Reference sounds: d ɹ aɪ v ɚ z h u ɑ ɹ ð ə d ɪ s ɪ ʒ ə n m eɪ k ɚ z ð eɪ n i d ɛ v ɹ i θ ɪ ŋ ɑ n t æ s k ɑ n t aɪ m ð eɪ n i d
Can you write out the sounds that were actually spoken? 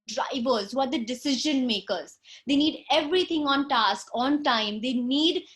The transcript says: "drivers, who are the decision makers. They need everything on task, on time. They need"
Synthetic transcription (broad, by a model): d ɹ aɪ v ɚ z h u ɑ ɹ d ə d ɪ s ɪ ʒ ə n m eɪ k ɚ z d eɪ n i d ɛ v ɹ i t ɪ ŋ ɑ n t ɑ s k ɑ n t aɪ m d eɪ n i d